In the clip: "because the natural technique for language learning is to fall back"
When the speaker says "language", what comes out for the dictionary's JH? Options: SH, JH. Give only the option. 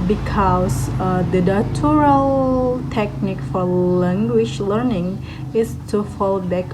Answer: SH